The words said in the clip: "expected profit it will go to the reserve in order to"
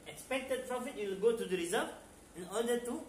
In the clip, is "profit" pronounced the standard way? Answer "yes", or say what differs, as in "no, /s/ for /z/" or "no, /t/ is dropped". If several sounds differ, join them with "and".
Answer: yes